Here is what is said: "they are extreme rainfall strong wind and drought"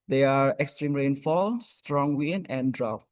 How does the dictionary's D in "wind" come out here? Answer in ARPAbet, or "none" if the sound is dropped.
none